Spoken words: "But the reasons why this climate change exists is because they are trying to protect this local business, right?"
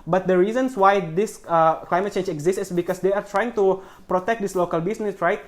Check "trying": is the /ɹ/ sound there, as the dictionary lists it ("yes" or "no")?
yes